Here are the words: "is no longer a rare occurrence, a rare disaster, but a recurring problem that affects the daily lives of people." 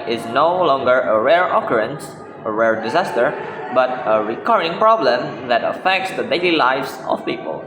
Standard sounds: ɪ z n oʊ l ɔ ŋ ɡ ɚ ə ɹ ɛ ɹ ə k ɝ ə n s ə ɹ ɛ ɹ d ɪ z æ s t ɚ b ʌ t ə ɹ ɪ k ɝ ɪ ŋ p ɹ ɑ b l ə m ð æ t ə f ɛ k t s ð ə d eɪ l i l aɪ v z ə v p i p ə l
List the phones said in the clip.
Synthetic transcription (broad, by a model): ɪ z n oʊ l ɔ ŋ ɡ ɚ ə ɹ ɛ ɹ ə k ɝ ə n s ə ɹ ɛ ɹ d ɪ z æ s t ɚ b ʌ t ə ɹ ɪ k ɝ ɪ ŋ p ɹ ɑ b l ə m ð æ t ə f ɛ k t s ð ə d eɪ l i l aɪ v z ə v p i p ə l